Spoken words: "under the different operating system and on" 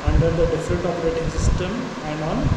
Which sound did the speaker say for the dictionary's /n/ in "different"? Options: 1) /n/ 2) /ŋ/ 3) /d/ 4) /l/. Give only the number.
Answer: 4